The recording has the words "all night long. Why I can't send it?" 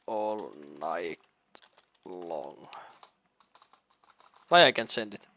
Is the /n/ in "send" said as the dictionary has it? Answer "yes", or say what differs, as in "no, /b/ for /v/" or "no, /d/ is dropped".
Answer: yes